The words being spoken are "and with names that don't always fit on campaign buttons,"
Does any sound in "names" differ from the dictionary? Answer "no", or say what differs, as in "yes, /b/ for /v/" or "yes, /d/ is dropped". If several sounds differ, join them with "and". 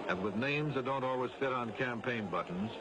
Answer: no